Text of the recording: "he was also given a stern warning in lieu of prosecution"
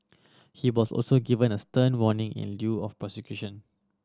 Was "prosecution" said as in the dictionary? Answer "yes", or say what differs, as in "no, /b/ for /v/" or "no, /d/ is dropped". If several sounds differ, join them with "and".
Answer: no, /ɹ/ is dropped